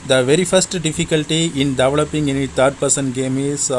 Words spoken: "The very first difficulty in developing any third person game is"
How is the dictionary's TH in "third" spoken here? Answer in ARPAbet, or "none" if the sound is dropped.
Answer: T